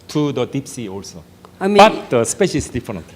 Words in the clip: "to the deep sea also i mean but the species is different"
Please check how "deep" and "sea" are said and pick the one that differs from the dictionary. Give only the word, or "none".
none